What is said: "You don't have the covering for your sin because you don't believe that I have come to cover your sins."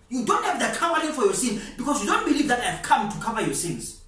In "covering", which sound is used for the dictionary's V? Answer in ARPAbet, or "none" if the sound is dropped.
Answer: W